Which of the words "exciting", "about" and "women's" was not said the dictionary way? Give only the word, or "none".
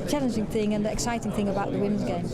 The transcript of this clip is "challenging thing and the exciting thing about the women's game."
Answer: none